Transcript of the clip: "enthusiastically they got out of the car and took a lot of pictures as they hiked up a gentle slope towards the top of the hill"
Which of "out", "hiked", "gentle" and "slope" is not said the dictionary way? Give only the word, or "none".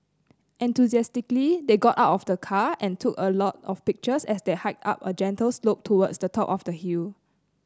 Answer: none